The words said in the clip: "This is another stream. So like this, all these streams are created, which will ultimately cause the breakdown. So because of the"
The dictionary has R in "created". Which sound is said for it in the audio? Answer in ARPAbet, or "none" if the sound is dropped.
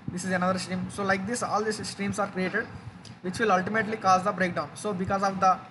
R